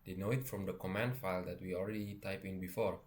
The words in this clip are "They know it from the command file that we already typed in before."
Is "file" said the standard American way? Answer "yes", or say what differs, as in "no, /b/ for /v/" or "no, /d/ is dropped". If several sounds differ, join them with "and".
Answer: yes